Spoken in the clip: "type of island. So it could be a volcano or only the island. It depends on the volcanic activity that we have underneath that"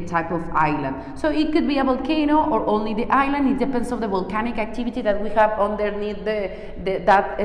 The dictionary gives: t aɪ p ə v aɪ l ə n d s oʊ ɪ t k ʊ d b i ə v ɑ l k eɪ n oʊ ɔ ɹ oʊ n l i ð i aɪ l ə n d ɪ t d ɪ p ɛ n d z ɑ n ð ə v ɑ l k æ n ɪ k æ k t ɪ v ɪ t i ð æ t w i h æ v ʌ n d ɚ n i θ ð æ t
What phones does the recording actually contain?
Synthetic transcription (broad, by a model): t aɪ p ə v aɪ l ə n d s oʊ ɪ t k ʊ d b i ə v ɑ l k eɪ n oʊ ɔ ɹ oʊ n l i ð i aɪ l ə n d ɪ t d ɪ p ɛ n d s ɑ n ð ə v ɑ l k æ n ɪ k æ k t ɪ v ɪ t i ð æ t w i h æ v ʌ n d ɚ n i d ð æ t